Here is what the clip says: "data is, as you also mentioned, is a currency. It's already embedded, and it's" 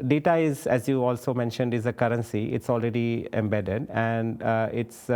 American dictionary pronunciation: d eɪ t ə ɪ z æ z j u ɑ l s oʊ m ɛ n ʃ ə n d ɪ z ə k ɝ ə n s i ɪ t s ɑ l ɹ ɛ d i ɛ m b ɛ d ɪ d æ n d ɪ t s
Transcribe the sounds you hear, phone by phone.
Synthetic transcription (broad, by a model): d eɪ t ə ɪ z æ z j u ɑ l s oʊ m ɛ n ʃ ə n d ɪ z ə k ɝ ə n s i ɪ t s ɑ l ɹ ɛ d i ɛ m b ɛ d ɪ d æ n d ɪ t s